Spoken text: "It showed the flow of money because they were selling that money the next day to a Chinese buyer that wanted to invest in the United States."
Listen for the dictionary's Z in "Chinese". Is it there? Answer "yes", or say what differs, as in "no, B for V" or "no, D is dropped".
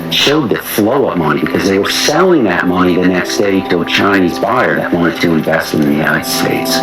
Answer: yes